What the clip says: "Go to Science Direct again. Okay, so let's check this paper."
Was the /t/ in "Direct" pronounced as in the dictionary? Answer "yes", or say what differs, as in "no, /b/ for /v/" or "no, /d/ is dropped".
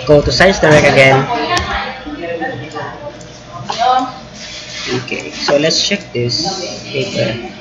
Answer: no, /t/ is dropped